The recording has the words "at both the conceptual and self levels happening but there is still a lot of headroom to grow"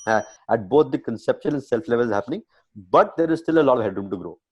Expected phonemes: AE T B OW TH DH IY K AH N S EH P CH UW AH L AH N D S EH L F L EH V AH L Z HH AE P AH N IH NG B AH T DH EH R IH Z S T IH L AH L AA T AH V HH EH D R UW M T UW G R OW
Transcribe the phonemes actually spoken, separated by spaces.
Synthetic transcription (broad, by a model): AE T B OW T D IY K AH N S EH P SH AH N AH N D S EH L F L EH V AH L Z HH AE P AH N IH NG B AH T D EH R IH Z S T IH L AH L AA T AH V HH EH D R UW M T UW G R OW